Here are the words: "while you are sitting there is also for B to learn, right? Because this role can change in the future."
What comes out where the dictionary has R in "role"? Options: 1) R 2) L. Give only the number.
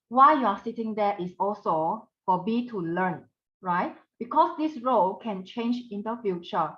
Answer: 1